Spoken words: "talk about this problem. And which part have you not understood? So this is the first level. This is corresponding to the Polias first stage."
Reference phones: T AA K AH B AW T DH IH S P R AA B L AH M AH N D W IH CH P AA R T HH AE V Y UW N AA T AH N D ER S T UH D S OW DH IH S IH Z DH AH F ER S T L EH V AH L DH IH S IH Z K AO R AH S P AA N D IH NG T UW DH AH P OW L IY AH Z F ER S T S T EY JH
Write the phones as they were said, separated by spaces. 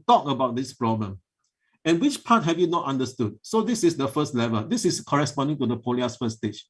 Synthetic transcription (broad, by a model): T AA K AH B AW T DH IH S P R AA B L AH M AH N W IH CH P AA T HH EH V Y UW N AA T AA N D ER S T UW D S OW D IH S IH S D AH F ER S T L EH V AH L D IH S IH S K AO R AH S P AA N D IH NG T UW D AH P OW L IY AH S F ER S S T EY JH